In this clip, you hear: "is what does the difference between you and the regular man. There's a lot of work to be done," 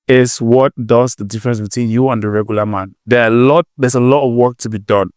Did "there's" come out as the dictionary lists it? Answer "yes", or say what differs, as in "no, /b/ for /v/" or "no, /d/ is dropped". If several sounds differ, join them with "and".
no, /l/ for /ɹ/